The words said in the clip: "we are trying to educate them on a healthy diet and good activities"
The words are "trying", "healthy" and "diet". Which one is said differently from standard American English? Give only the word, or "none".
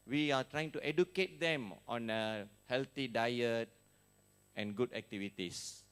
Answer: healthy